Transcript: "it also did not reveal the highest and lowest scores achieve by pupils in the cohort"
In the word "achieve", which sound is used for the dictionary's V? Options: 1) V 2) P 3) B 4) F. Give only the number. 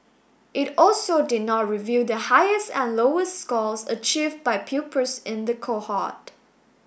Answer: 1